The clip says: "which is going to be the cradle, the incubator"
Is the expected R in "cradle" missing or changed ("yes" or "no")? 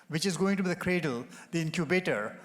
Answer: no